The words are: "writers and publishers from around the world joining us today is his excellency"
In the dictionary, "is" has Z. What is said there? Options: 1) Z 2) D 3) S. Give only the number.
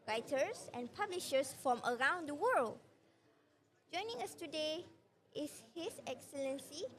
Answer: 3